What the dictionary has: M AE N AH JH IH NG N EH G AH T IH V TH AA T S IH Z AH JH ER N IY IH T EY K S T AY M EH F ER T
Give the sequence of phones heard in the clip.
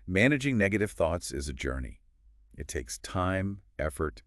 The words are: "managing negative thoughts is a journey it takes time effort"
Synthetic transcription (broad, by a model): M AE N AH JH IH NG N EH G AH T IH V TH AA T S IH Z AH JH ER N IY IH T EY K S T AY M EH F ER T